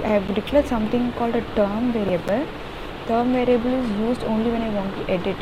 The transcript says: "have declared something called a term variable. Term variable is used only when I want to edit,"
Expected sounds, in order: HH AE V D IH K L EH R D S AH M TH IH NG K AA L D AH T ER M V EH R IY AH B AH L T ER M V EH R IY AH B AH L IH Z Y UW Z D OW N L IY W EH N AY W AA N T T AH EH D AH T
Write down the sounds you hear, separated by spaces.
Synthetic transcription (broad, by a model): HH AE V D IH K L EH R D S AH M T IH NG K AA L D AH T ER M V EH R IY AH B AH L T ER M V EH R IY AH B AH L IH Z Y UW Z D OW N L IY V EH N AY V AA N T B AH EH D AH T